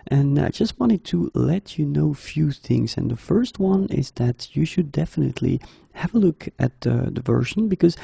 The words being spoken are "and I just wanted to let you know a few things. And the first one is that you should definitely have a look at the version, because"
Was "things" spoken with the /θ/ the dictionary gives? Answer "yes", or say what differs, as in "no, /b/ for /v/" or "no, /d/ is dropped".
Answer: yes